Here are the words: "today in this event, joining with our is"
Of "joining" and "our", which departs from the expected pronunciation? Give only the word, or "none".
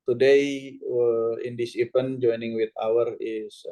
none